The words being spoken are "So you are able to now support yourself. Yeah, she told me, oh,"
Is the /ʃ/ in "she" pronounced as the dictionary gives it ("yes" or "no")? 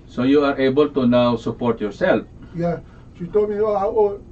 no